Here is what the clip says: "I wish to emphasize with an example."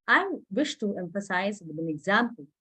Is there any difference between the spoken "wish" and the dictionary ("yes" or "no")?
no